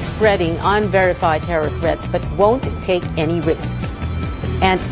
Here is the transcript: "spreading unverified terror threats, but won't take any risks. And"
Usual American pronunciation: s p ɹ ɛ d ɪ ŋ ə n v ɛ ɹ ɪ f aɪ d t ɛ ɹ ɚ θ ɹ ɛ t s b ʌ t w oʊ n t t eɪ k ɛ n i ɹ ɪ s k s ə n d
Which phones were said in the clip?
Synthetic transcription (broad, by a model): s p ɹ ɛ d ɪ ŋ ə n v ɛ ɹ ɪ f aɪ d t ɛ ɹ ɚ f ɹ ɛ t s b ʌ t w oʊ n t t eɪ k ɛ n i ɹ ɪ s k s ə n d